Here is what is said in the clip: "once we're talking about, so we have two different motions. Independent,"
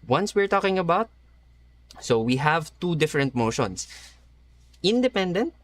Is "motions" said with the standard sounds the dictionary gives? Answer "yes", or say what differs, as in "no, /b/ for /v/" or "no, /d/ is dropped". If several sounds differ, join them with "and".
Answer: no, /s/ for /z/